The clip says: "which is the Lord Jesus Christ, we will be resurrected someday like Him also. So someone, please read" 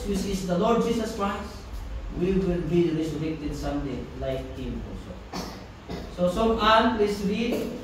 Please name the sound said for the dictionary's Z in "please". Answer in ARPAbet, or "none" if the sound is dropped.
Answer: S